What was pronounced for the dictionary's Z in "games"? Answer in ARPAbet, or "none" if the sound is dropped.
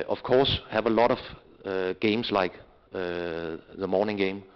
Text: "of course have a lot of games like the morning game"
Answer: S